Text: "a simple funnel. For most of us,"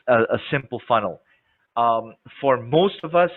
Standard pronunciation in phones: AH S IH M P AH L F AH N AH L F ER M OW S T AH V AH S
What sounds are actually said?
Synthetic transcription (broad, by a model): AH S IH M P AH L F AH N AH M F ER M OW S T AH V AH S